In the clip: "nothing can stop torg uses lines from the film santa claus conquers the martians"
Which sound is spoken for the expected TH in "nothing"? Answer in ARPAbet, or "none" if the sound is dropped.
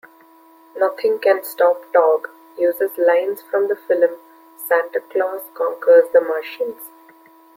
T